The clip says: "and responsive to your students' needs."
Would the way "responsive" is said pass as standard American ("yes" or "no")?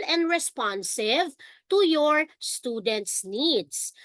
yes